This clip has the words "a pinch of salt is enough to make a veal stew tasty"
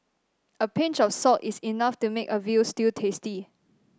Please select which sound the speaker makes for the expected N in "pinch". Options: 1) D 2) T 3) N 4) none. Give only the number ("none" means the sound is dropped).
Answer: 3